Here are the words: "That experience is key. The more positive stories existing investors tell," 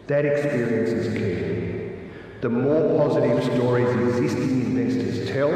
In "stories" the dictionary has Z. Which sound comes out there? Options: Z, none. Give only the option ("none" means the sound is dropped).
Z